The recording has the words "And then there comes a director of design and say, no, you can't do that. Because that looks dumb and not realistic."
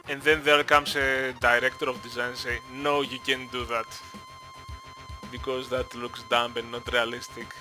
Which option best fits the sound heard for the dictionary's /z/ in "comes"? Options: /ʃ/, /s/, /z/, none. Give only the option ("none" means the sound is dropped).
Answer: /s/